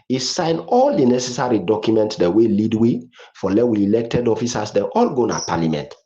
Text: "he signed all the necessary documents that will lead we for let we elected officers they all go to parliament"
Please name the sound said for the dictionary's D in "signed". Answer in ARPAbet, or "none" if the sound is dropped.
none